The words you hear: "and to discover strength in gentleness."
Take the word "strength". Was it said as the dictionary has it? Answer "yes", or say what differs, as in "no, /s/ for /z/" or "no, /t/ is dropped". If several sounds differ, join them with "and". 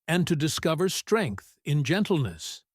yes